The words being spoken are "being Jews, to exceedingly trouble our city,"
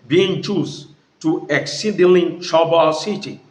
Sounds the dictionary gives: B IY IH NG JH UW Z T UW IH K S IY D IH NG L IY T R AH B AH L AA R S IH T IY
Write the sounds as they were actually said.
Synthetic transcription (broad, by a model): B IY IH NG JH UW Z T UW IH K S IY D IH L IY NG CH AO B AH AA S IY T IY